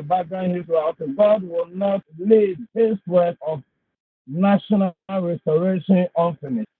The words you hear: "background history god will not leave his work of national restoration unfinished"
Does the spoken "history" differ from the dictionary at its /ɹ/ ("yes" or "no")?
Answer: yes